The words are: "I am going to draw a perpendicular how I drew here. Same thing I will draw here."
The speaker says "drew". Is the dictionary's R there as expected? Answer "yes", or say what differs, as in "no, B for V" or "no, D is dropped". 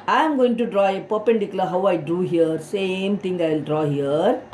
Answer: no, R is dropped